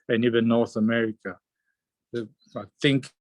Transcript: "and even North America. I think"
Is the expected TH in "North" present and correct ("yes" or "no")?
yes